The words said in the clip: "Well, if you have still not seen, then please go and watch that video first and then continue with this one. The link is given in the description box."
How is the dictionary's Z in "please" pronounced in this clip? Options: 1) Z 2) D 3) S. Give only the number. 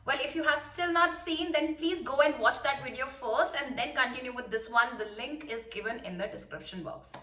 1